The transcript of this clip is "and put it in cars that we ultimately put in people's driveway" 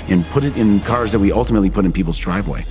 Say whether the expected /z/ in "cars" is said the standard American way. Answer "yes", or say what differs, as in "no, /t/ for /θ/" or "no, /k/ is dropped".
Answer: yes